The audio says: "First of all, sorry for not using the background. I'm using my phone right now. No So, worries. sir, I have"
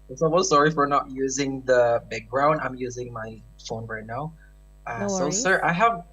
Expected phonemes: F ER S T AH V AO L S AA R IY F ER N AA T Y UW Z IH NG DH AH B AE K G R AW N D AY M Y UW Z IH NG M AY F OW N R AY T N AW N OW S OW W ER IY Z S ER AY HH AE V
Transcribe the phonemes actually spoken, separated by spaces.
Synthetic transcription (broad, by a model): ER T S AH W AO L S AA R IY F ER N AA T Y UW Z IH NG DH AH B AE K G R AW N D AY M Y UW Z IH NG M AY F OW N R AY T N AW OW S OW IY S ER AY HH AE V